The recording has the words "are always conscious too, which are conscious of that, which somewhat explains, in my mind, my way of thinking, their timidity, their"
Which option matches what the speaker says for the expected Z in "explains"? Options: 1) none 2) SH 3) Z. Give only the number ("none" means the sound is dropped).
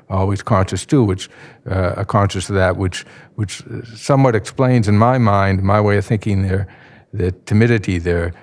3